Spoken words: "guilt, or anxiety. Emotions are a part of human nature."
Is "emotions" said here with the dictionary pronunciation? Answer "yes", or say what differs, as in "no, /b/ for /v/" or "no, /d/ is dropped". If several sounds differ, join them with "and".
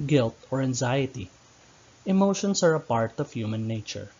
no, /s/ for /z/